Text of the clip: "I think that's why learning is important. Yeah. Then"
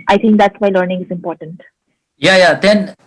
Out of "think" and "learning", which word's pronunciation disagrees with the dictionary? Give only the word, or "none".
think